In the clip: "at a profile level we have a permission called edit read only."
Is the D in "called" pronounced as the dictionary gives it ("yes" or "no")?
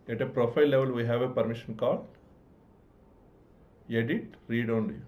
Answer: no